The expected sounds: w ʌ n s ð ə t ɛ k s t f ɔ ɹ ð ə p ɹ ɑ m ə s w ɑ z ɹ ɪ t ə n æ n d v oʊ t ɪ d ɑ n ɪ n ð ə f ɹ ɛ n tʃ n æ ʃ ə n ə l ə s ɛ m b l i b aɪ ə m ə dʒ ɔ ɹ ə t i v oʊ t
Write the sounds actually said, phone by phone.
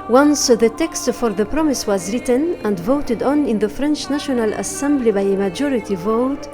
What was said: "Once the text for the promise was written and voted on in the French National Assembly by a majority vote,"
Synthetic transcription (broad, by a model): w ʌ n s ð ə t ɛ k s t f ɔ ɹ ð ə p ɹ ɑ m ə s w ɑ z ɹ ɪ t ə n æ n d v oʊ t ɪ d ɑ n ɪ n ð ə f ɹ ɛ n tʃ n æ ʃ ə n ə l ə s ɛ m b l i b aɪ ə m ə dʒ ɔ ɹ ə t i v oʊ t